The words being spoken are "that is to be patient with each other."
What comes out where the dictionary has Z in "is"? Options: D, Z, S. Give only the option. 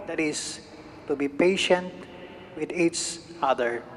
S